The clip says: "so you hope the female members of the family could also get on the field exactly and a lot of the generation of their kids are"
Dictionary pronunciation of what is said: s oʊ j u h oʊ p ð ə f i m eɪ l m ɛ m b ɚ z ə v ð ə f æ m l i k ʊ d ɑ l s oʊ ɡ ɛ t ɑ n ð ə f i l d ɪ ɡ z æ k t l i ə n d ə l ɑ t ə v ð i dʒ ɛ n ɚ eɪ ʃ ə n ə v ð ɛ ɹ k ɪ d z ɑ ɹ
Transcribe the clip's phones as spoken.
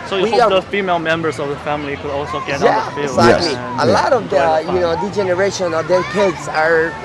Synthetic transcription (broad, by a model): s oʊ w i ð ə f i m eɪ l m ɛ m b ɚ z ə v ð ə f æ m l i k ʊ d ɑ l s oʊ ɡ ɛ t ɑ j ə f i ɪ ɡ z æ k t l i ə l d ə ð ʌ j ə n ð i dʒ ɛ n ɚ eɪ ʃ ə n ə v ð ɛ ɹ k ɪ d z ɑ ɹ